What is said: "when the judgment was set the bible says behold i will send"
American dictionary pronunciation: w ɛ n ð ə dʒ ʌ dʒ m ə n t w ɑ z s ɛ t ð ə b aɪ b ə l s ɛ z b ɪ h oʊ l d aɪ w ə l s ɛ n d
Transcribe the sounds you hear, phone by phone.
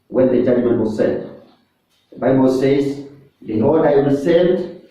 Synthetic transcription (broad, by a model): w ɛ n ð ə dʒ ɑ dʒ m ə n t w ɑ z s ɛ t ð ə b aɪ b ə l s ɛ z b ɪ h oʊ d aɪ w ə s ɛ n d